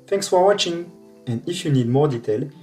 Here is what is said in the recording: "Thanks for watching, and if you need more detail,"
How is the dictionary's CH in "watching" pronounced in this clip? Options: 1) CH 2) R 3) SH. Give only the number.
1